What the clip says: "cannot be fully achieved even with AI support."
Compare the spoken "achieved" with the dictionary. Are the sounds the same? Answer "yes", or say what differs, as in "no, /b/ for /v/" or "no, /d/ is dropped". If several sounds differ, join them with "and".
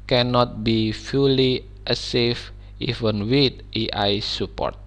no, /s/ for /tʃ/